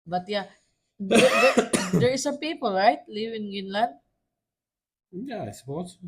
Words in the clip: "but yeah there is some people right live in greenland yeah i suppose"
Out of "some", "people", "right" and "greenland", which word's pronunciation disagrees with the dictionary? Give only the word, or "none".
greenland